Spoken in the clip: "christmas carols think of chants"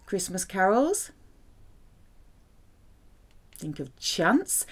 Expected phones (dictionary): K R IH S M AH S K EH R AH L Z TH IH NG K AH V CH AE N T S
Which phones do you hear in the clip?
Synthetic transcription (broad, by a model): K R IH S M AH S K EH R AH L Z TH IH NG K AH V CH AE N T S